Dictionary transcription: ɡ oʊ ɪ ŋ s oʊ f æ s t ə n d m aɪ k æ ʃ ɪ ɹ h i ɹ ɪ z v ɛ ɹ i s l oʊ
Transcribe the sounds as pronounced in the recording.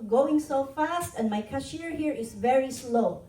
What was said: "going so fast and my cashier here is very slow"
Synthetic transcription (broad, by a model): ɡ oʊ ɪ ŋ s oʊ f æ s t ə n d m aɪ k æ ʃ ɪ ɹ h i ɹ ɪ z v ɛ ɹ i s l oʊ